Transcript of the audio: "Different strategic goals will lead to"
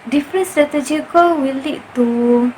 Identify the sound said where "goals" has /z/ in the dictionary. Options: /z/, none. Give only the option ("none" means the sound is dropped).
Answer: none